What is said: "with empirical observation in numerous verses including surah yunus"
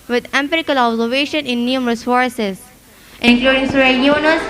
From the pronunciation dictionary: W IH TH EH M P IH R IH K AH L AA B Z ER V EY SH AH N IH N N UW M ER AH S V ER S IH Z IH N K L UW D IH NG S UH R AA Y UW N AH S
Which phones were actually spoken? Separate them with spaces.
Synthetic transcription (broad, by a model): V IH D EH M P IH R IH K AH L AA B Z ER V EY SH AH N IH N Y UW M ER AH S F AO S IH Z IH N K L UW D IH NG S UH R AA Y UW N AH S